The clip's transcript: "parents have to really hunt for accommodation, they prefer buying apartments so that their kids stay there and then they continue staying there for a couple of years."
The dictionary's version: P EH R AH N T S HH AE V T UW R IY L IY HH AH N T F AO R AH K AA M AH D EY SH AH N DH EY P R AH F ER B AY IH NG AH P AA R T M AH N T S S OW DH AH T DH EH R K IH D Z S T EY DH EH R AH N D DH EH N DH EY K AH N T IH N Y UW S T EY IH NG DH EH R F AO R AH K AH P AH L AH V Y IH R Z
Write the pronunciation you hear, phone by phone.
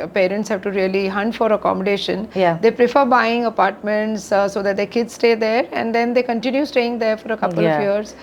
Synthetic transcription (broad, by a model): P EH R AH N T S HH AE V T UW R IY L IY HH AH N T F AO R AH K AA M AH D EY SH AH N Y EY P R AH F ER B AY IH NG AH P AA R T M AH N T S S OW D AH T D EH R K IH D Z S T EY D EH R AH N D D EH N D EY K AH N T IH N Y UW S T EY IH NG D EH R F AO R AH K AH P AH L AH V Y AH R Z